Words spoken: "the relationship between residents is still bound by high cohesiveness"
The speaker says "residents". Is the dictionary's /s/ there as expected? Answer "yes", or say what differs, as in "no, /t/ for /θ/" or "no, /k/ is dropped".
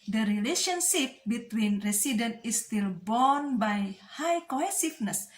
no, /s/ is dropped